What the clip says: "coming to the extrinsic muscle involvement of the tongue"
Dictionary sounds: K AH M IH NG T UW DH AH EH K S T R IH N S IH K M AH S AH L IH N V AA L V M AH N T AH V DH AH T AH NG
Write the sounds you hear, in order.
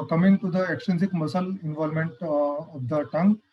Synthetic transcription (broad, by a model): K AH M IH NG T UW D AH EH K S T EH N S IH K M AH S AH L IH N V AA L M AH N T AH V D AH T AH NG